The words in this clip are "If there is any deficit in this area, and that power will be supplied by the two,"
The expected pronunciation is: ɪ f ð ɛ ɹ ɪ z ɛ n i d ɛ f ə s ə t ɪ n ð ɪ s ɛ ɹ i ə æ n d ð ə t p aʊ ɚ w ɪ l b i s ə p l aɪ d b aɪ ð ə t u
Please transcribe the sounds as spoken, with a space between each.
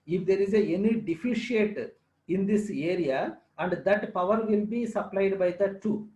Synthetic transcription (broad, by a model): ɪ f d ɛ ɹ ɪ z ɛ n i d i f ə ʃ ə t ɪ n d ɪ s ɛ ɹ i ə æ n d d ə t p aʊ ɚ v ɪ l b i s ə p l aɪ d b aɪ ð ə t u